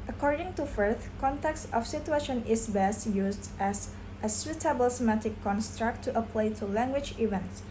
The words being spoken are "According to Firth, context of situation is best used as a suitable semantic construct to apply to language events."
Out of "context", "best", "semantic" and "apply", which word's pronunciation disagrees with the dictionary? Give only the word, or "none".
semantic